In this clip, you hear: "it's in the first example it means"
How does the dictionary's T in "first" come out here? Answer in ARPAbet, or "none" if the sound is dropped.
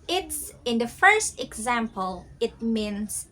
T